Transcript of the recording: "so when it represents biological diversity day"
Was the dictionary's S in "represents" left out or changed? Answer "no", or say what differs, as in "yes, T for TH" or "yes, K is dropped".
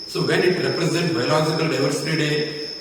yes, S is dropped